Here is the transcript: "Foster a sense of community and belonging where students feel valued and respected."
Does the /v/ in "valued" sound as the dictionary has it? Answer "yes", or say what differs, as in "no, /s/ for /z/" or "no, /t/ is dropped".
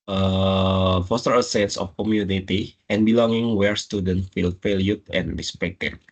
no, /f/ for /v/